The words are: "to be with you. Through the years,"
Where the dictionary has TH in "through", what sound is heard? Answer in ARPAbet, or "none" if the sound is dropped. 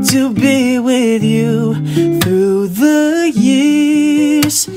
TH